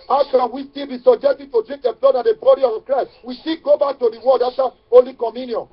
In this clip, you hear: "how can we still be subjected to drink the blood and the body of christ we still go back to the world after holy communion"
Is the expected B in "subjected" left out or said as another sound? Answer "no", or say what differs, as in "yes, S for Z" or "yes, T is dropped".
yes, B is dropped